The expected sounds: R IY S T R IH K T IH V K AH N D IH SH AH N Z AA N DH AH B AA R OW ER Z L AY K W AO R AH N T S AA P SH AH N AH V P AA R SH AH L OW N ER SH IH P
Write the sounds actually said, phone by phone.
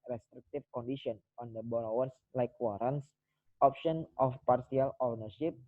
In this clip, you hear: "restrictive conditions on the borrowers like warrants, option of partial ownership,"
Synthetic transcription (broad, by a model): R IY S T R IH K T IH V K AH N D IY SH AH N AA N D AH B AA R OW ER S L AY K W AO R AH N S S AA P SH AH N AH F P AA R S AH L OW N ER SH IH P